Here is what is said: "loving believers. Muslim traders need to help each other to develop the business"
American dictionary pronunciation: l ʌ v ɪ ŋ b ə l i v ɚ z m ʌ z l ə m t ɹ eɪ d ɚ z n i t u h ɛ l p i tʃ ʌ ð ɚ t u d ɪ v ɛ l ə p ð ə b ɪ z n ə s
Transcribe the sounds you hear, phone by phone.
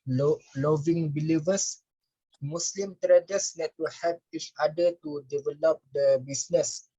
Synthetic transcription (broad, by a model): l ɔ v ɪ ŋ b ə l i v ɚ s m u s l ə m t ɹ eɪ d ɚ s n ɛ t u h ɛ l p i tʃ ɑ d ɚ t u d ɪ v ɛ l ə p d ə b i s n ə s